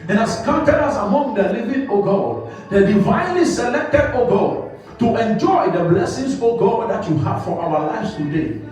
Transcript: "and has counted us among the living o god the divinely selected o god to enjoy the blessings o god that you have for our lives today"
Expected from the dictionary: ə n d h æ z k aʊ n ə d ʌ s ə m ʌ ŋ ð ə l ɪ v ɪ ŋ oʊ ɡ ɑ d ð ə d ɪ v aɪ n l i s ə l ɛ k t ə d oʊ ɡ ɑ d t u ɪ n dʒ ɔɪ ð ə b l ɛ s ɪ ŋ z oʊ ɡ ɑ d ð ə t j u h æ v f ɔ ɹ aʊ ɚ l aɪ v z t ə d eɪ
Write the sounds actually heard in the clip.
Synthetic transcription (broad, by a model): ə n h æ s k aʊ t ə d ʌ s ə m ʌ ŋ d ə l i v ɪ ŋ oʊ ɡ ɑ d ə d ɪ v aɪ n l i s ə l ɛ k t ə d oʊ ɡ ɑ t u ɪ n dʒ ɔɪ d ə b l ɛ s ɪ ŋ s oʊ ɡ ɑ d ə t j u h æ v f ɔ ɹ aʊ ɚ l aɪ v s t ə d eɪ